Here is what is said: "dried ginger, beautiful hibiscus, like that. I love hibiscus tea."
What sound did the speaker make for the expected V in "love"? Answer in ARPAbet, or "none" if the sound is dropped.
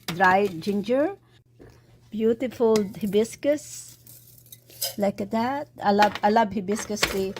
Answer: B